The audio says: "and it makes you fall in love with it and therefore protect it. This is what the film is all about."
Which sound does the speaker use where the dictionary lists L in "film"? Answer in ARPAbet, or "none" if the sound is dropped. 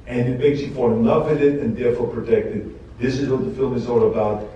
L